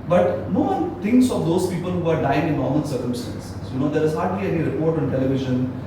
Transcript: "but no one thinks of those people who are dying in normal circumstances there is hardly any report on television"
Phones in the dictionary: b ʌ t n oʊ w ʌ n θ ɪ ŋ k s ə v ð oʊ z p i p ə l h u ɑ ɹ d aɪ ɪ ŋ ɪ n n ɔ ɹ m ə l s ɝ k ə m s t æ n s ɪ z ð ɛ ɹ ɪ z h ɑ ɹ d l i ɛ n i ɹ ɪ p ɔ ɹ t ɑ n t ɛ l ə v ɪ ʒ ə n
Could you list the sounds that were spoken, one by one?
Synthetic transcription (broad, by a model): b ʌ t n oʊ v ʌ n t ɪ ŋ k s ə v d oʊ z p i p ə l h u ɑ ɹ d aɪ ɪ ŋ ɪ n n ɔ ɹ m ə n s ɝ k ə m s t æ n s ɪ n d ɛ ɹ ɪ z h ɑ ɹ d l i ɛ n i ɹ ɪ p ɔ ɹ t ɑ n t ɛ l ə v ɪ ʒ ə n